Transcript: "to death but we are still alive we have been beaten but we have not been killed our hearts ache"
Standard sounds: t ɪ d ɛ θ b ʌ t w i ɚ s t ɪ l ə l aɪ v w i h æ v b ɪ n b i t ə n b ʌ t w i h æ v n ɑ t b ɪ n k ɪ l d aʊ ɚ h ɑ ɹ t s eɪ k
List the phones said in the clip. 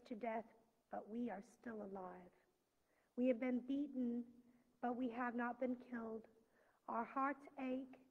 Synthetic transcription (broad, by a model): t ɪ d ɛ θ b ʌ t w i ɚ s t ɪ l ə l aɪ v w i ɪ v b ɪ n b i t n b ʌ t w i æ v n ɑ t b ɪ n k ɪ l d aʊ ɚ h ɑ ɹ t s eɪ k